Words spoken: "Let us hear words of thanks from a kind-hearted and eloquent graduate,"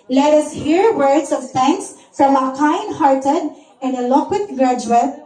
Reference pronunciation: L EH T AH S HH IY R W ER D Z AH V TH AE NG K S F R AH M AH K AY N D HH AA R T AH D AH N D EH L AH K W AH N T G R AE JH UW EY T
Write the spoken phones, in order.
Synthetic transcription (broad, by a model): L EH T AH S HH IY R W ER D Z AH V T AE NG K S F R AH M AH K AY N D HH AA R T AH D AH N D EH L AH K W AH T G R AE JH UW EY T